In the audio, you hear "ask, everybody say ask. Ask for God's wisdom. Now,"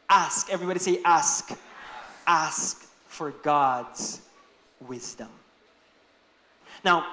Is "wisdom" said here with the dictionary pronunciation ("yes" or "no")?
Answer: yes